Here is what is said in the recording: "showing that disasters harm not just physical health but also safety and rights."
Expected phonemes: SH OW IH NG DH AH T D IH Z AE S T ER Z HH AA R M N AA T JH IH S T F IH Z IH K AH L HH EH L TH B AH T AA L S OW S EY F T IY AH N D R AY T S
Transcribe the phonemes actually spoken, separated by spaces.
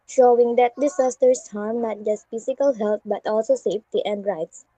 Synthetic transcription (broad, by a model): SH OW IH NG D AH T D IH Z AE S T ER S HH AA R M N AA T JH IH S T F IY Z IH K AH L HH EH L T B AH T AA L S OW S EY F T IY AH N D R AY T S